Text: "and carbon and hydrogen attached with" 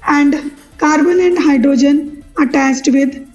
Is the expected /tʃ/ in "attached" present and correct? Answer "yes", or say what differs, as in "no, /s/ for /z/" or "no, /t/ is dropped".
no, /s/ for /tʃ/